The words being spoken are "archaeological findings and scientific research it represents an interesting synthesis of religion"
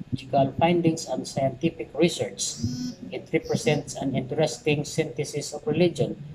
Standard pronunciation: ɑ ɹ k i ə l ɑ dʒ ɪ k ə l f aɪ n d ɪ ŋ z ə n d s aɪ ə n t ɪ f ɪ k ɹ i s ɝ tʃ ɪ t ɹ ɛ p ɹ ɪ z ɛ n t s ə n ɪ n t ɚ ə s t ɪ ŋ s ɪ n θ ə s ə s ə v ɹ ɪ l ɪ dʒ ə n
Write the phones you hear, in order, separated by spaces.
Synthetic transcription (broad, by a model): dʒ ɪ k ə l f aɪ n d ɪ ŋ s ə n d s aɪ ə n t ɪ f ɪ k ɹ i s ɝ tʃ ɪ t ɹ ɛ p ɹ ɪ s ɛ n t s ə n ɪ n t ɚ ə s t ɪ ŋ s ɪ n t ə s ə s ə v ɹ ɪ l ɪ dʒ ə n